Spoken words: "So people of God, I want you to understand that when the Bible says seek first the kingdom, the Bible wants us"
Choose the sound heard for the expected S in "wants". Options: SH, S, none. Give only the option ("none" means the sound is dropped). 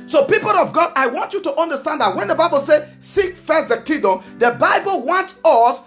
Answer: none